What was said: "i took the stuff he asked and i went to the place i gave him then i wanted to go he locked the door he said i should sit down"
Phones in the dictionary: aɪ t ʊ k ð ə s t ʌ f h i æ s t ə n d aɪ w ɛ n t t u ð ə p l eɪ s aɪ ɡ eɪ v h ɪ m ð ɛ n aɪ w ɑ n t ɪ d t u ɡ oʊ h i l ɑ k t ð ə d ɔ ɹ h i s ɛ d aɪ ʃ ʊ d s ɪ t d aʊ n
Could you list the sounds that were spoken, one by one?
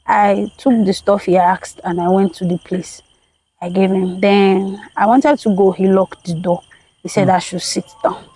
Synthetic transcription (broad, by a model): aɪ t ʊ k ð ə s t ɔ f h i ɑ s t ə n aɪ w ɛ n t t u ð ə p l eɪ s aɪ ɡ eɪ v h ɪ m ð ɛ n aɪ w ɑ n t ɪ d t u ɡ oʊ h i l ɑ k t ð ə d ɔ h i s ɛ d aɪ ʃ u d s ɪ t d aʊ n